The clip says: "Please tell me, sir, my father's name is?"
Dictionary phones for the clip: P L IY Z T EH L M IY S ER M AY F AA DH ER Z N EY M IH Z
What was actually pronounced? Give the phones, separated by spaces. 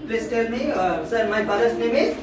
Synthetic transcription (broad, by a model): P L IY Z T EH L M IY S ER M AY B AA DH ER S N EY M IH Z